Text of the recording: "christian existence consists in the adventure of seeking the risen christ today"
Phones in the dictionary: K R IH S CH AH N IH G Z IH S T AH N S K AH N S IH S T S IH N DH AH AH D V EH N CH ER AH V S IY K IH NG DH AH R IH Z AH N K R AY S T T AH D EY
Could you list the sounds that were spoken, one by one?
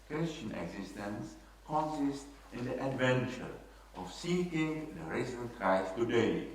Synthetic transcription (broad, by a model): K R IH S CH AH N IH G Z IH S T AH N S K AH N S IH S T IH N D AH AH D V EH N CH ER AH F S IY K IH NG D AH R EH S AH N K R AY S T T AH D EY